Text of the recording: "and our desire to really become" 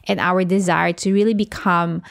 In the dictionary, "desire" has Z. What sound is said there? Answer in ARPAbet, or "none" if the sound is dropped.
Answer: Z